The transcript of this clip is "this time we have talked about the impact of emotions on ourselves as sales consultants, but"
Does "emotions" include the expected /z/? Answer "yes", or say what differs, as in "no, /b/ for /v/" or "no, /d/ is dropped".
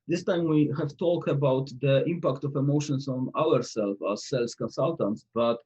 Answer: no, /s/ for /z/